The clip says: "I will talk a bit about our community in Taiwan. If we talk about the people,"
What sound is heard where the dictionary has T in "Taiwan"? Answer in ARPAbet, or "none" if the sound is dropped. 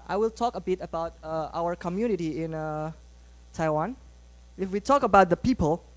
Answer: T